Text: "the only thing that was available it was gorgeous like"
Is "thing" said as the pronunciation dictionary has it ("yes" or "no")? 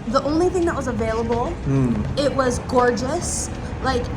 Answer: yes